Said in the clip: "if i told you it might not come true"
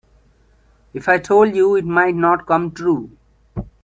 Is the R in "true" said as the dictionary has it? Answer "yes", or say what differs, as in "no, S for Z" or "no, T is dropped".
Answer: yes